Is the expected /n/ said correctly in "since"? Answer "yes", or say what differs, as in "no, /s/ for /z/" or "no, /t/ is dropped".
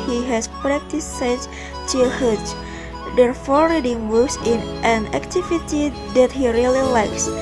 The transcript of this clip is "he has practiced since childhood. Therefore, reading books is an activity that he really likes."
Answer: no, /n/ is dropped